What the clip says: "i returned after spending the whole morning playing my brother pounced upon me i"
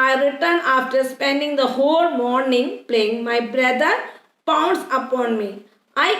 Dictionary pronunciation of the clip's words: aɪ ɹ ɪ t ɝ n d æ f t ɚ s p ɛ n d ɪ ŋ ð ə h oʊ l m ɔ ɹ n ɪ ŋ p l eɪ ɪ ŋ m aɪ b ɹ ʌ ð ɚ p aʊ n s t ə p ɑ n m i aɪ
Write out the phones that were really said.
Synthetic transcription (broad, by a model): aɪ ɹ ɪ t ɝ n ɑ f t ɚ s p ɛ n d ɪ ŋ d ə h oʊ l m ɔ ɹ n ɪ ŋ p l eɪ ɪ ŋ m aɪ b ɹ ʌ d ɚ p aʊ n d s ə p ɑ n m i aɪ